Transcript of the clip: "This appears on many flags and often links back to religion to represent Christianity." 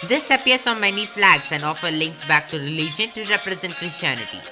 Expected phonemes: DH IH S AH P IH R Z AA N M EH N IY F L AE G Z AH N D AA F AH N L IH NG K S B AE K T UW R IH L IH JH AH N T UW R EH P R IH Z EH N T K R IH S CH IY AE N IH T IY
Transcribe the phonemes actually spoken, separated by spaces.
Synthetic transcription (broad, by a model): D IH S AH P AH R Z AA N M EH N IY F L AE G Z AH N D AA F AH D L IH NG K S B AE K T UW R IH L IH JH AH N T UW R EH P R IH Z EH N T K R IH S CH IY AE N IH T IY